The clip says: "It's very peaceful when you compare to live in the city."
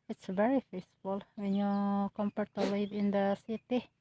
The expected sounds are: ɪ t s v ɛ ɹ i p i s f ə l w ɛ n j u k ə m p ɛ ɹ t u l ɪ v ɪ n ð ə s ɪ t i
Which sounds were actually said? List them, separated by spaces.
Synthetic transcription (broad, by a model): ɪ t s v ɛ ɹ i f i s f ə l w ɛ n j u k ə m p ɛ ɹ t u l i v ɪ n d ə s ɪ t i